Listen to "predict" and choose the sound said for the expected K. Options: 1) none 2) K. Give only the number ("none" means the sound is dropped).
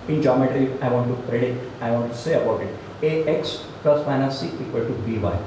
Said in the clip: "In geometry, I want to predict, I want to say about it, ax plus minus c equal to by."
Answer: 1